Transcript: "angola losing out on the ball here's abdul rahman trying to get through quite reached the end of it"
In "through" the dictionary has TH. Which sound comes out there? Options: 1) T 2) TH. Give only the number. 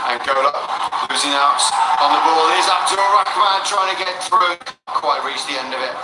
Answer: 2